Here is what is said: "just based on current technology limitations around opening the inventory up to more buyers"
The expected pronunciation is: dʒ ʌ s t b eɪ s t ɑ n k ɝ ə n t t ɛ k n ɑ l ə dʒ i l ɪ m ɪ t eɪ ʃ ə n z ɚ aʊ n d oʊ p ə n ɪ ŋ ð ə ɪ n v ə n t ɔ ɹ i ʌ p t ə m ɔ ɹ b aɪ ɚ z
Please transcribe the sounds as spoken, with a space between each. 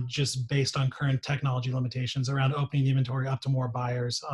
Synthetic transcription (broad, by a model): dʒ ʌ s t b eɪ s t n k ɝ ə n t t ɛ k n ɑ l ə dʒ i l ɪ m ɪ t eɪ ʃ ə n z ɚ aʊ n d oʊ p ə n ɪ ŋ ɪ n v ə n t ɔ ɹ i ʌ p t ə m ɔ ɹ b aɪ ɚ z